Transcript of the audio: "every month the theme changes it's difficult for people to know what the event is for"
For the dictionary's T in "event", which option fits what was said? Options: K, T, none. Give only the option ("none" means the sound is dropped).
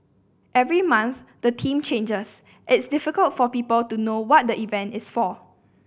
T